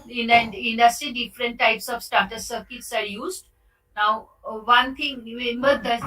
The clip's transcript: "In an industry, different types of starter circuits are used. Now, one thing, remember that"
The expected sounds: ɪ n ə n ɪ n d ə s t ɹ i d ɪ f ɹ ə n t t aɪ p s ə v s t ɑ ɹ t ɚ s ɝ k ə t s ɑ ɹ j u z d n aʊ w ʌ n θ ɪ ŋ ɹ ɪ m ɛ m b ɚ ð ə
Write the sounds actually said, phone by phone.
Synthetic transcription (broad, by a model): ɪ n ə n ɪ n d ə s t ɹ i d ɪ f ɹ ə n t t aɪ p s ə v s t ɑ t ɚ s ɝ k ə t s ɑ ɹ j u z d n aʊ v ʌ n t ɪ ŋ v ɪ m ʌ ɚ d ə